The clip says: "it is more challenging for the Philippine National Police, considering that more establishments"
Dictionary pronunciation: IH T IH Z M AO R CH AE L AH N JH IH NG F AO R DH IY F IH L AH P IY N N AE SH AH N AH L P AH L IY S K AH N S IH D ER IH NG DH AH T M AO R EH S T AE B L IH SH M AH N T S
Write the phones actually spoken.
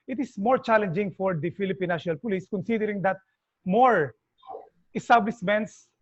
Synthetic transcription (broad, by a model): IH T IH S M AO R CH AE L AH N JH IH NG F AO R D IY F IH L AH P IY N N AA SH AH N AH L P AH L IY S K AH N S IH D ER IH NG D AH T M AO R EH S T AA B L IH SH M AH N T S